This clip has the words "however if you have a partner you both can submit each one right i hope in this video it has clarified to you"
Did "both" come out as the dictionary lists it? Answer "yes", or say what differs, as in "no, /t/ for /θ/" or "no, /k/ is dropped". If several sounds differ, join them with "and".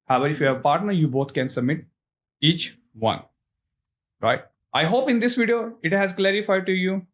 no, /t/ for /θ/